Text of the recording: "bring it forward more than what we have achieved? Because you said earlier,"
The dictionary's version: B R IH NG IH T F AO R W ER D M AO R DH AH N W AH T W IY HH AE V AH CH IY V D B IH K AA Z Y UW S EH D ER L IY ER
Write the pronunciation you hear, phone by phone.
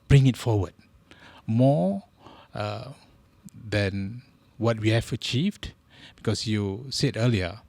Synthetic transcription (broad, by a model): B R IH NG IH T F AO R W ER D M AO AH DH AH N W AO T W IY HH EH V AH CH IY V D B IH K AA S Y UW S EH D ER L IY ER